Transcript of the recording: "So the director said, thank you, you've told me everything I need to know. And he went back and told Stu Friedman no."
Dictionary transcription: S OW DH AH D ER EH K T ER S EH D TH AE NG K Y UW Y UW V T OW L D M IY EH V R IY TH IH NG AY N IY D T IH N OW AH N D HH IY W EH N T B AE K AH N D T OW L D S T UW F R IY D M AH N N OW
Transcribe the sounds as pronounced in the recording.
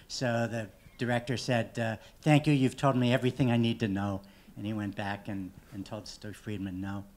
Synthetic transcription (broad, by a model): S OW DH AH D ER EH K T ER S EH D TH AE NG K Y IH Y UW V T OW L D M IY EH V R IY TH IH NG AY N IY D T IH N OW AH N IY W EH N B AE K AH N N T OW L D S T F R IY D M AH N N OW